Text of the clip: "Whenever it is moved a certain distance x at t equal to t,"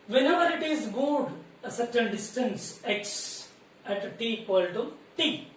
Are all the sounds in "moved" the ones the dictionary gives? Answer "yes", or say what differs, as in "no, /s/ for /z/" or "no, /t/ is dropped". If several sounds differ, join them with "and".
no, /v/ is dropped